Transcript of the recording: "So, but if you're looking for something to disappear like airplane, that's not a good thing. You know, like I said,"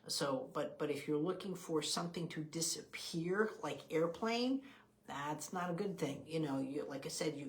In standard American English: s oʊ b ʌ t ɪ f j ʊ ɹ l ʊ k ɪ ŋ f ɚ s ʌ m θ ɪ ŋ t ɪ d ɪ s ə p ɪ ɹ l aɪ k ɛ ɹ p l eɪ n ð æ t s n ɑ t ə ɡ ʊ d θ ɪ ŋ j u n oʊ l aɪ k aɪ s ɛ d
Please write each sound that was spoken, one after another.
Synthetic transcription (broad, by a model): s oʊ b ʌ t ɪ f j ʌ ɹ l ʊ k ɪ ŋ f ɚ s ʌ m θ ɪ ŋ t ɪ d ɪ s ə p ɪ ɹ l aɪ k ɛ ɹ p l eɪ n ð æ t s n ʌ t ə ɡ ʊ d θ ɪ ŋ j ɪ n oʊ l aɪ k aɪ s ɛ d